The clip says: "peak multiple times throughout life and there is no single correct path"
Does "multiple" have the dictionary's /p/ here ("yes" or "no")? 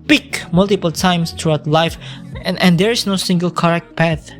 yes